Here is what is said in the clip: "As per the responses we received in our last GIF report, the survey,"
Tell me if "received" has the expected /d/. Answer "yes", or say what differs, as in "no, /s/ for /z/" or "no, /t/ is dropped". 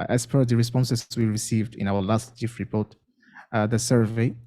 yes